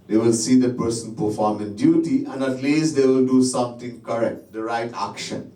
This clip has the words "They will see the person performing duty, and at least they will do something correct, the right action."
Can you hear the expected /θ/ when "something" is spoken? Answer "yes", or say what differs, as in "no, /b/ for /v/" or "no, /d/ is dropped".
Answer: no, /t/ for /θ/